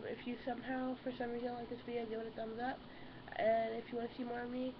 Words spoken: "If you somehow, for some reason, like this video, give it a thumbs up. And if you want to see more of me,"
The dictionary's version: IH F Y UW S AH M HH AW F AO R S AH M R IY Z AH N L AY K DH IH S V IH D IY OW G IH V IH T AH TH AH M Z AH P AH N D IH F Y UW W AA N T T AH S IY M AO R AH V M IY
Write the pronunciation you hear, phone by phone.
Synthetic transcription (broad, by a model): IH F Y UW S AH M HH AW F AO R S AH M R IY Z AH N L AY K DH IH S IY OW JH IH W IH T AH T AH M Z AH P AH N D IH F Y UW W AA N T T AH S IY M AO R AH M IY